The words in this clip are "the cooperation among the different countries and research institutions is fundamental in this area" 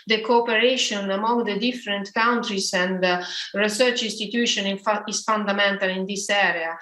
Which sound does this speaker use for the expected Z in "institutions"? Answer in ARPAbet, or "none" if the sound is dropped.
none